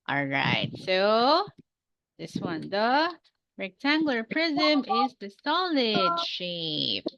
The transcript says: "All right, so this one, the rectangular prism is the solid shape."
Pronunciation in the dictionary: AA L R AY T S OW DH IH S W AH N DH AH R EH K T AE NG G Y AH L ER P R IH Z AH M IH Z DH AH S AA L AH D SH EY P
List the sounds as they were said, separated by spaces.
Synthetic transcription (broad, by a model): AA L R AY T S OW DH IH S W AH N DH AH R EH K T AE NG G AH L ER P R IH Z AH M IH Z DH AH S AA L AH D SH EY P